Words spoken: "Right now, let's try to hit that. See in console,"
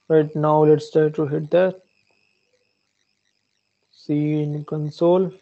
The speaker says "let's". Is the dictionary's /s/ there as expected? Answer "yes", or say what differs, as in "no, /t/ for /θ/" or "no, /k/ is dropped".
yes